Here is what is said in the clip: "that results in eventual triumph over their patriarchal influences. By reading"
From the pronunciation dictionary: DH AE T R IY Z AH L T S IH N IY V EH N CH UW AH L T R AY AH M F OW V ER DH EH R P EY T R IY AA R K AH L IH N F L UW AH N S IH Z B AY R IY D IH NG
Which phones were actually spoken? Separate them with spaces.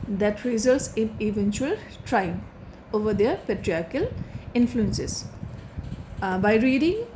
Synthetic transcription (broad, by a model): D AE T R IY Z AH L T S IH N IY V EH N CH UW AH L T R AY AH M OW V ER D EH R P EY T R IY AA R K AH L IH N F L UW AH N S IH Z B AY R IY D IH NG